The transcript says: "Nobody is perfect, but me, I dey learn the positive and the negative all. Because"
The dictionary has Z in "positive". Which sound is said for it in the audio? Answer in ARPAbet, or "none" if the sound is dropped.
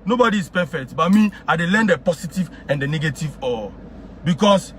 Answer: S